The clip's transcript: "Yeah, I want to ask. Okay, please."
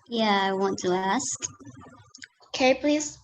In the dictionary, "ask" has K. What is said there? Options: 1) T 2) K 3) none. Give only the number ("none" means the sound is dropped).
2